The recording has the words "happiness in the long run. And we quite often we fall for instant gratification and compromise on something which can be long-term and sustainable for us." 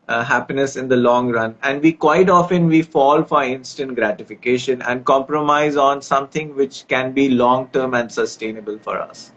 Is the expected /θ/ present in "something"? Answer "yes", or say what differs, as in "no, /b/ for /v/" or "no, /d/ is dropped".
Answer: no, /t/ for /θ/